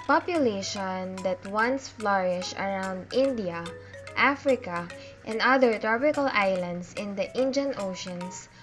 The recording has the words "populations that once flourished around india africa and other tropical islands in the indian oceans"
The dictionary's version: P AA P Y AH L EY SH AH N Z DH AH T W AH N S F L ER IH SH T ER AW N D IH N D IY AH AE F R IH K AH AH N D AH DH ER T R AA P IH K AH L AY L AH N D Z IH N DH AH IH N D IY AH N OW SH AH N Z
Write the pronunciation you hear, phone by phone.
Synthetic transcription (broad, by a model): P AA P Y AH L EY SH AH N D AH T W AH N S F L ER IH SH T AW N D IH N D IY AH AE F R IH K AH AH N D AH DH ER T R AA P IH K AH L AY L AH N D S IH N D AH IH N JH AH N OW SH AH N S